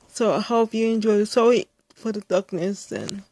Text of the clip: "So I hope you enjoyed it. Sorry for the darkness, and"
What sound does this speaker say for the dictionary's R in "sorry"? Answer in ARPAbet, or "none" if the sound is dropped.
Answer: none